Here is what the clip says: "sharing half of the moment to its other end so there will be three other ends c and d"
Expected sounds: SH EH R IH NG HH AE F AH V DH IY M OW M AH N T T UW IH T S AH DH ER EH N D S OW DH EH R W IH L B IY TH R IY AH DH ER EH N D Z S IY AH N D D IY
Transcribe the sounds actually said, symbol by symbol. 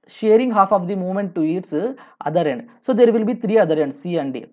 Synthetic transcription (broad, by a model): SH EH R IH NG HH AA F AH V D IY M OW M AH N T T UW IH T S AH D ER EH N D S OW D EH R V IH L B IY T R IY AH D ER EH N D S IY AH N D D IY